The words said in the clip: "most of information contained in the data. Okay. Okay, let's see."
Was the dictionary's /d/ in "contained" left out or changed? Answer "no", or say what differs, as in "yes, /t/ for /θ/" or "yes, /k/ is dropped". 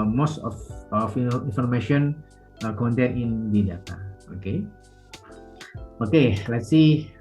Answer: yes, /d/ is dropped